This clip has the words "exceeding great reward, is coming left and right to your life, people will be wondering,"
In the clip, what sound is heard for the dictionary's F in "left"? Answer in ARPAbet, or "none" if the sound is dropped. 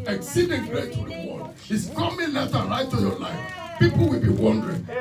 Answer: none